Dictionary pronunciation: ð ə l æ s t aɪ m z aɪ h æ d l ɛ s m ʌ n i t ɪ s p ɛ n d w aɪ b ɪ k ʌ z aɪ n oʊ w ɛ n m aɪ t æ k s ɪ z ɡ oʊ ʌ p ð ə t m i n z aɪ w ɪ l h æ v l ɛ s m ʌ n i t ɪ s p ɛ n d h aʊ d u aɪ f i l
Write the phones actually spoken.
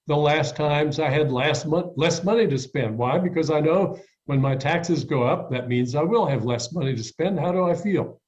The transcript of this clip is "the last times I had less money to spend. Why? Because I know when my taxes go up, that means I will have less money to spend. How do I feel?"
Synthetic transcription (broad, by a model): ð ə l æ s t aɪ m z aɪ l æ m l ɛ s m ʌ n i t ɪ s p ɛ n d w aɪ b ɪ k ʌ z aɪ n oʊ w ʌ n m aɪ t æ k s ɪ z ɡ oʊ ʌ p ð ə t m i n z aɪ w ɪ l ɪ v l ɛ s m ʌ n i t ɪ s p ɛ n d h aʊ d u aɪ f i l